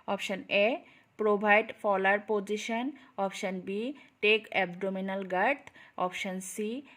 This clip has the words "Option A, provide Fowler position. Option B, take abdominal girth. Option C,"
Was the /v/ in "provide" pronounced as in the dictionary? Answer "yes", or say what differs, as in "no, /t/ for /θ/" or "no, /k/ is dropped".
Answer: no, /b/ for /v/